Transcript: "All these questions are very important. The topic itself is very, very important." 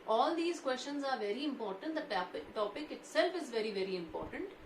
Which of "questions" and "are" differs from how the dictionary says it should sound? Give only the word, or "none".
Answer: none